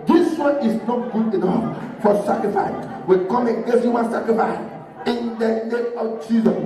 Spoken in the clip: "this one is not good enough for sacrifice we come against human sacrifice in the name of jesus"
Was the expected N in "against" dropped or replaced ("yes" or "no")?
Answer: yes